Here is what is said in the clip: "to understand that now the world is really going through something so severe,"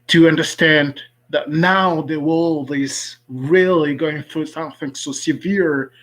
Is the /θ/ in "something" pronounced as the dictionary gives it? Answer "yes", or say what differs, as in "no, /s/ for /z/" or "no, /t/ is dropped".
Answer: yes